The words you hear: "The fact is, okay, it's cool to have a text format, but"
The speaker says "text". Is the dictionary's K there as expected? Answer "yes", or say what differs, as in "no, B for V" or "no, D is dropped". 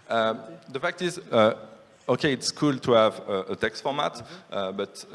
yes